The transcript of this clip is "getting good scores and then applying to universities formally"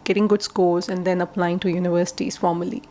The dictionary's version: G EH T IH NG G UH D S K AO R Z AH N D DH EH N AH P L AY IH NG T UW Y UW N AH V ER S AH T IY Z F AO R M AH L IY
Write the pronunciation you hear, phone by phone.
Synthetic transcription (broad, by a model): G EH T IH NG G UH D S K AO L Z AH N D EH N AH P L AY IH NG T UW Y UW N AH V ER S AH T IY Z F AO R M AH L IY